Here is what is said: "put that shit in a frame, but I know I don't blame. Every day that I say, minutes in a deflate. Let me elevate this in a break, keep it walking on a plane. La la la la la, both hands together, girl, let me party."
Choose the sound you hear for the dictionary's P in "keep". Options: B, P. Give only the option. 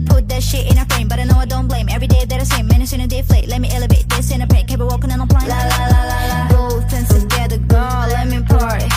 B